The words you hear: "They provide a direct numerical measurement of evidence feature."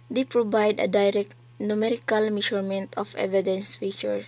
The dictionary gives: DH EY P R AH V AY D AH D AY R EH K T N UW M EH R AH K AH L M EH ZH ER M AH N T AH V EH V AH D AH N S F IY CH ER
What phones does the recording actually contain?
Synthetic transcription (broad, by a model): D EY P R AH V AY D AH D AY R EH K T N UW M EH R AH K AH L M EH SH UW M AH N T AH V EH V AH D AH N S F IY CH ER